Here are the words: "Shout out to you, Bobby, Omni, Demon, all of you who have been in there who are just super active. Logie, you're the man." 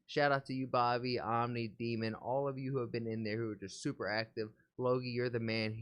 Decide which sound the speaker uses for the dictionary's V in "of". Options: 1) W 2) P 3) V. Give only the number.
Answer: 3